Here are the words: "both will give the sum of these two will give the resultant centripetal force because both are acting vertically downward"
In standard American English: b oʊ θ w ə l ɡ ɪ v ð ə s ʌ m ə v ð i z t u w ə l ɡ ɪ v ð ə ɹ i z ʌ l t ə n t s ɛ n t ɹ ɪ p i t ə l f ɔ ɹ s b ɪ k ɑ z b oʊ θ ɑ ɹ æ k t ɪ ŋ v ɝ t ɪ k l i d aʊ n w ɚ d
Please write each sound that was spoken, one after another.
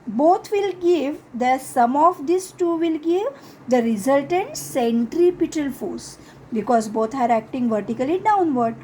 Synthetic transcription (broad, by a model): b oʊ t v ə l ɡ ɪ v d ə s ʌ m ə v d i s t u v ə l ɡ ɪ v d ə ɹ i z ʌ l t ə n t s ɛ n t ɹ ɪ p i t ə l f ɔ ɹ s b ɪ k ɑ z b oʊ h ɑ ɹ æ k t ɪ ŋ v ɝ t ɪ k l i d aʊ n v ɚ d